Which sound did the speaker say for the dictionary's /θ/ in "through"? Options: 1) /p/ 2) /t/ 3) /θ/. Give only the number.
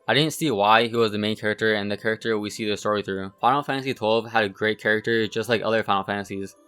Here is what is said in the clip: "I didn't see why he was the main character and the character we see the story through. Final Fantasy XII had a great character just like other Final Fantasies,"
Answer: 3